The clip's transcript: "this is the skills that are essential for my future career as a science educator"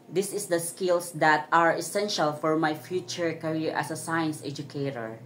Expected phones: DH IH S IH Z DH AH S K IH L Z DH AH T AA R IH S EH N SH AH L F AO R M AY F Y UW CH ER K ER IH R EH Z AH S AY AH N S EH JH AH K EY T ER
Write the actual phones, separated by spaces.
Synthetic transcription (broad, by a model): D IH S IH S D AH S K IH L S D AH T AA R IH S EH N SH AH L F AO R M AY F Y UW CH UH K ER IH R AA S AH S AY AH N S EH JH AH K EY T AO